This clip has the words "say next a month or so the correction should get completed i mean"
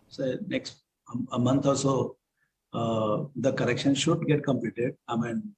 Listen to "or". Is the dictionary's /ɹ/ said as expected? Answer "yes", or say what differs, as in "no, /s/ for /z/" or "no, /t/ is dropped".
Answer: no, /l/ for /ɹ/